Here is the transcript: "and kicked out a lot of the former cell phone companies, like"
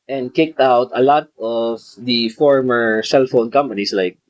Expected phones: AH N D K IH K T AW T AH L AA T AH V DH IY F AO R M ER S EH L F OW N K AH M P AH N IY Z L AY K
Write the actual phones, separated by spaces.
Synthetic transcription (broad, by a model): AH N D K IH K T AW T AH L AA T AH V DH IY F AO R M ER S EH L F OW N K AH M P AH N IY S L AY K